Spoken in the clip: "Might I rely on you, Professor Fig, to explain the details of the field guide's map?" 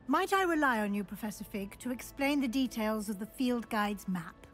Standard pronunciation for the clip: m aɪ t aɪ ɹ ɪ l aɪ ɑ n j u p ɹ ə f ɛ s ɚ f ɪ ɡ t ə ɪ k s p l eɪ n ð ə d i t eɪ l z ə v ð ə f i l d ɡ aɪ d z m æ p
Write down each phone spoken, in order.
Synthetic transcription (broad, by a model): m aɪ t aɪ ɹ ɪ l aɪ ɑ n j u p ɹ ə f ɛ s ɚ f ɪ ɡ t ə ɪ k s p l eɪ n ð ə d i t eɪ l z ə v ð ə f i l d ɡ aɪ d z m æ p